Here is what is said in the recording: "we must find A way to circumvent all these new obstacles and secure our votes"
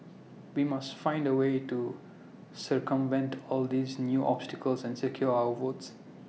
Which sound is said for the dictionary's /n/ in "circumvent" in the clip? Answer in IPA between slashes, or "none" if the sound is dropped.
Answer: /n/